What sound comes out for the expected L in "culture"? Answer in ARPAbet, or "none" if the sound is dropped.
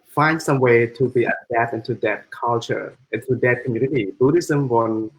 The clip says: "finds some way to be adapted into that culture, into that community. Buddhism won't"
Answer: L